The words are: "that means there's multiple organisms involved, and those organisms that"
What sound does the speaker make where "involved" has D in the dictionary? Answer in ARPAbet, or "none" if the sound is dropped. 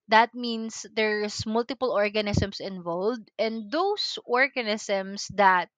D